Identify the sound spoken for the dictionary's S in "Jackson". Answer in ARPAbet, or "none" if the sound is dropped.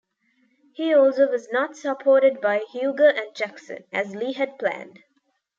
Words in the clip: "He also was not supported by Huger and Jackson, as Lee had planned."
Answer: S